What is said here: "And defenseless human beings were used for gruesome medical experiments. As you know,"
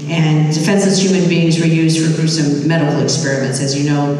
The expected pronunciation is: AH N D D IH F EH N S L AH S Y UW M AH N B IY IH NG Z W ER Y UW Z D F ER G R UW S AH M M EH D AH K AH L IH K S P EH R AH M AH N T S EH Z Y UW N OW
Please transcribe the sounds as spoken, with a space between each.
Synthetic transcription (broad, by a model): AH N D D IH F EH N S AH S Y UW M AH N B IY IH NG Z W ER Y UW Z D F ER R S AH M M EH D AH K L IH K S P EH R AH M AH N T S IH Z Y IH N OW